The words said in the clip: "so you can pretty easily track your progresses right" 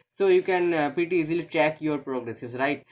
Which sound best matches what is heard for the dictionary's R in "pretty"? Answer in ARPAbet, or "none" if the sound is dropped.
none